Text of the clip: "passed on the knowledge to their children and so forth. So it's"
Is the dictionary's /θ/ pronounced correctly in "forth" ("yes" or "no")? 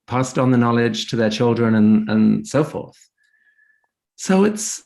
yes